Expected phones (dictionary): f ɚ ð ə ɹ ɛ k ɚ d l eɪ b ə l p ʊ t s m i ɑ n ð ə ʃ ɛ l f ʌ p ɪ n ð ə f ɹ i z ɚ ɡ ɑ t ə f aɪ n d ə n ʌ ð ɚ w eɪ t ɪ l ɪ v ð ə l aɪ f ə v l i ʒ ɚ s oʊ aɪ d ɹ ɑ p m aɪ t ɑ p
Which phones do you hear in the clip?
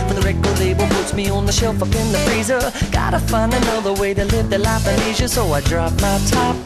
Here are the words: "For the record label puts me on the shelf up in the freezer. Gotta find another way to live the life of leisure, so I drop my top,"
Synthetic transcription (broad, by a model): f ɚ ð ə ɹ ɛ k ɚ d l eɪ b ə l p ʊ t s m i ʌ n ð ə ʃ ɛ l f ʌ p ɪ n ð ə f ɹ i z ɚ ɡ ɑ t ə f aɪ n ə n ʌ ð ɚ w eɪ t ɪ l ɪ v ð ə l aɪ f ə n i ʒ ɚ s oʊ aɪ d ɹ ɑ p m aɪ t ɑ p